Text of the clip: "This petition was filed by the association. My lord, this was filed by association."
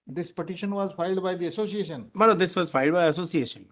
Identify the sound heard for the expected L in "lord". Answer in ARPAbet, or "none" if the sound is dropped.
N